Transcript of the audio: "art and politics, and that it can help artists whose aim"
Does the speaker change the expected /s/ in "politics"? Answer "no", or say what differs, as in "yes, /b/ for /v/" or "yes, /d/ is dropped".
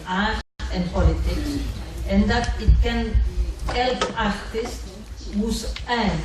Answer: yes, /s/ is dropped